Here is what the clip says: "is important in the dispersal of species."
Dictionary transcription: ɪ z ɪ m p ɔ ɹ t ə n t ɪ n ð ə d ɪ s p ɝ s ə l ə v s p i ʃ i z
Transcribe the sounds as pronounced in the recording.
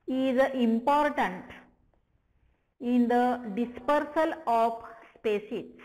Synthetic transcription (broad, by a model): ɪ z ɪ m p ɔ ɹ t ə n t ɪ n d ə d ɪ s p ɝ s ə l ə p s p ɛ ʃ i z